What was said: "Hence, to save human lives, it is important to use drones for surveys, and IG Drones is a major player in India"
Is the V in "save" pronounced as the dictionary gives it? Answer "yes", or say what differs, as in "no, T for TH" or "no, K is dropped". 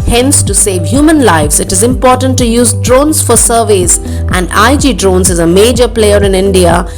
yes